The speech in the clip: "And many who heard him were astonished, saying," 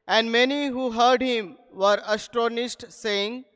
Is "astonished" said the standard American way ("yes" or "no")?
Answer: no